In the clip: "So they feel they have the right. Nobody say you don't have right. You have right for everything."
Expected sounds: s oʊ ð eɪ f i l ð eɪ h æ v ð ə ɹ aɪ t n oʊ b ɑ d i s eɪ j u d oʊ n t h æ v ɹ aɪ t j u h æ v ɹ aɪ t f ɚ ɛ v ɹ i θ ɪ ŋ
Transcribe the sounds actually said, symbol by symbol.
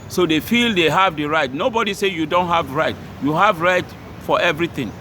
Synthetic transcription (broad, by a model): s oʊ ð eɪ f i l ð eɪ h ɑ v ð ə ɹ aɪ t n oʊ b ɑ d i s eɪ j u d oʊ n t h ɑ v ɹ aɪ t j u h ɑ v ɹ aɪ t f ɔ ɛ v ɹ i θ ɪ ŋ